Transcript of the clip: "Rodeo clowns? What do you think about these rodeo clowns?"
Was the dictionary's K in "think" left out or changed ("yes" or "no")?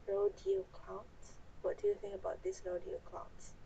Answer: yes